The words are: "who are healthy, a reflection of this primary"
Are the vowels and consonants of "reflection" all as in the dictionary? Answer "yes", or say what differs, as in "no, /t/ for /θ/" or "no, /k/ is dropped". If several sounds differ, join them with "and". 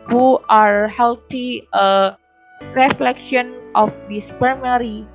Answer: yes